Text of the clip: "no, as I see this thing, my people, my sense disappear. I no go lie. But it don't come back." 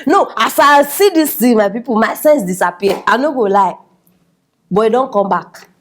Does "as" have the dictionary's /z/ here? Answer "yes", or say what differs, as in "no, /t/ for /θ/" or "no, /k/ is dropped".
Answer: no, /s/ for /z/